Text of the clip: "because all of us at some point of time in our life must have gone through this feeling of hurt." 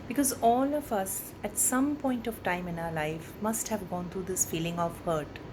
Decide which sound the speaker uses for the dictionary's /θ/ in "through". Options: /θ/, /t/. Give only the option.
/t/